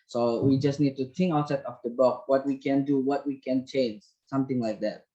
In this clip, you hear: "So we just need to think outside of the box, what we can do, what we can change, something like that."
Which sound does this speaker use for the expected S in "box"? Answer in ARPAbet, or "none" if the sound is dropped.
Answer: none